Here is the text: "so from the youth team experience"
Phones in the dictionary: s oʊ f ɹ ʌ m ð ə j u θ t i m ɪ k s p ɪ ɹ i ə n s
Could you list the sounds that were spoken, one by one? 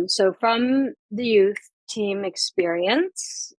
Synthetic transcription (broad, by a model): s oʊ f ɹ ʌ m ð ə j u θ t i m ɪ k s p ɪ ɹ i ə n s